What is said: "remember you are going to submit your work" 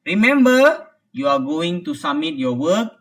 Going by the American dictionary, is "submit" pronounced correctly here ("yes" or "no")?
no